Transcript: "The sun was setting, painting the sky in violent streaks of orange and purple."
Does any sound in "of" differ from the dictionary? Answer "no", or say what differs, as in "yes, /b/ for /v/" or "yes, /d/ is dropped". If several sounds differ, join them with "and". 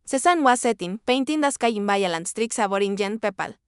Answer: yes, /b/ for /v/